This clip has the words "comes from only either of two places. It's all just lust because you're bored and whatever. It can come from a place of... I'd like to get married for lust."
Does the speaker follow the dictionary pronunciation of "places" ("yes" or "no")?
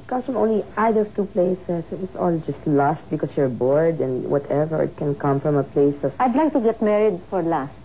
no